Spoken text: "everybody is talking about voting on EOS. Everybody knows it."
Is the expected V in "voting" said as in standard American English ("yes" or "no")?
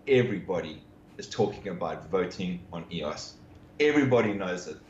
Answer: yes